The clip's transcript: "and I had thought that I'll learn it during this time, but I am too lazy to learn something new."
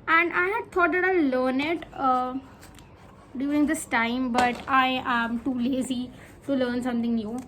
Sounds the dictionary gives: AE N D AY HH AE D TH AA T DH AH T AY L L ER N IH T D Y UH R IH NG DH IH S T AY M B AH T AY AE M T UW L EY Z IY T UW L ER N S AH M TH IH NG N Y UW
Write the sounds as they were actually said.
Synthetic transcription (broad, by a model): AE N D AY HH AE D T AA T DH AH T AY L L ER N IH T D Y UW R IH NG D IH S T AY M B AH T AY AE M T UW L EY Z IY T UW L ER N S AH M T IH NG N Y UW